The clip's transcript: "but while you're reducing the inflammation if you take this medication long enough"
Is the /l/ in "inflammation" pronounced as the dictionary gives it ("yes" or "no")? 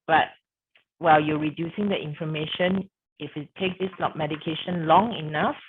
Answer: no